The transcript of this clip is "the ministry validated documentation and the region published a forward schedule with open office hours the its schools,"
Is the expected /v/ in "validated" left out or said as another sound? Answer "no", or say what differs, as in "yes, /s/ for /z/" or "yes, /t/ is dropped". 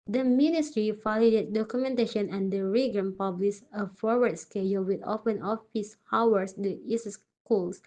yes, /f/ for /v/